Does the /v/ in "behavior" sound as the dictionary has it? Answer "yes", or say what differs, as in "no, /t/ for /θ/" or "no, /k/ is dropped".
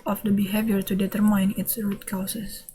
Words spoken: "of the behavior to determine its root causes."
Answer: yes